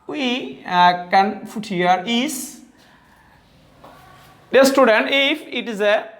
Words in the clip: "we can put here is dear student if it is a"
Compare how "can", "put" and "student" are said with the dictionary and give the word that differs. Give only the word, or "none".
put